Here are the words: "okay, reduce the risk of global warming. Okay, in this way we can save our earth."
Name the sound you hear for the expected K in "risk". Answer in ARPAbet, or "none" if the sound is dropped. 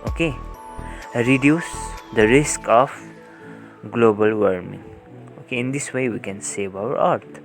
K